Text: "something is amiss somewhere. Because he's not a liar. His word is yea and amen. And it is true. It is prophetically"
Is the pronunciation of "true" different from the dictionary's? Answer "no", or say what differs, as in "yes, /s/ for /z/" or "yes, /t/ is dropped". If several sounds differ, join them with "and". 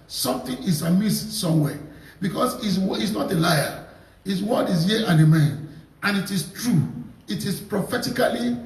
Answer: no